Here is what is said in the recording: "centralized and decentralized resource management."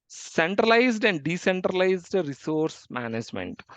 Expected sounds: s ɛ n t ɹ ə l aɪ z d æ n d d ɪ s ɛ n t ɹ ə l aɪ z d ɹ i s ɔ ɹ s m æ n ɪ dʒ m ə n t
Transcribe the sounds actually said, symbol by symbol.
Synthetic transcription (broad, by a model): s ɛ n t ɹ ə l aɪ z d æ n d d ɪ s ɛ n t ɹ ə l aɪ z d ɹ i s ɔ ɹ s m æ n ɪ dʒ m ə n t